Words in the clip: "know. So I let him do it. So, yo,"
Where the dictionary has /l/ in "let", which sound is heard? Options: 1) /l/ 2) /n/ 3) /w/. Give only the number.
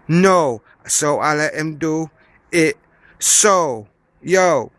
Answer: 1